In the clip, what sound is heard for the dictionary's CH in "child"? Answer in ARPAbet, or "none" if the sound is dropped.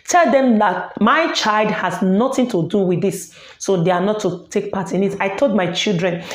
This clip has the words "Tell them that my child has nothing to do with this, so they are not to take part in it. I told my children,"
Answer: CH